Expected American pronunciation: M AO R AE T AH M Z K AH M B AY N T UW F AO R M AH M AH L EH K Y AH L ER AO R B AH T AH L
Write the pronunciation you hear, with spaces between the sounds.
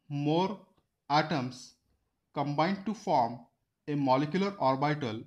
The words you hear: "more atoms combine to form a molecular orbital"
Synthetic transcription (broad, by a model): M AO R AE T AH M S K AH M B AY N T UW F AO R M AH M AH L EH K Y AH L ER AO R B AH T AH L